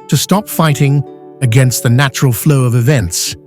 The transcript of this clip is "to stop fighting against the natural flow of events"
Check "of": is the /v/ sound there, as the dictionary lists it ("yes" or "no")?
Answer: yes